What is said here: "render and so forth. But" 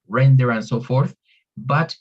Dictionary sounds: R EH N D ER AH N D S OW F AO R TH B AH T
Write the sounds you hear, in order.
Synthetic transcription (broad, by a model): R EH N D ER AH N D S OW F AO R TH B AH T